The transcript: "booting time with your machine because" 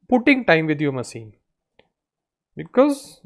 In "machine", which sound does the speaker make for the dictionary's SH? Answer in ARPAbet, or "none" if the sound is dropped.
S